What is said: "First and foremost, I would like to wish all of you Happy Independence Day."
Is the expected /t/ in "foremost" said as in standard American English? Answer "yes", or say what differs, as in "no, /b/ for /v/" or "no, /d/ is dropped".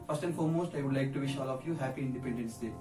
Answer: yes